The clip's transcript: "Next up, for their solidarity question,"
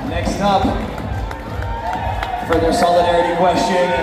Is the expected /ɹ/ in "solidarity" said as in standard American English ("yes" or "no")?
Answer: yes